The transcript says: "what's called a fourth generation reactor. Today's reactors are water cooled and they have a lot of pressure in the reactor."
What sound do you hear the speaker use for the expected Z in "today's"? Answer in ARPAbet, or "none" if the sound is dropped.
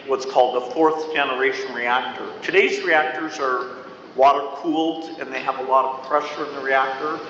Z